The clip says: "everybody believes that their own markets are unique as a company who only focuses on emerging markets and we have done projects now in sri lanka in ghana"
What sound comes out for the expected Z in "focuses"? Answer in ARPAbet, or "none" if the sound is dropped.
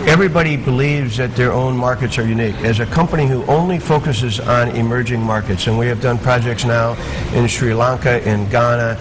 Z